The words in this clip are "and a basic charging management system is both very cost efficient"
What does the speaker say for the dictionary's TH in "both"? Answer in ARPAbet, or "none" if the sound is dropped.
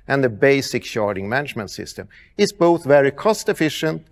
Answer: TH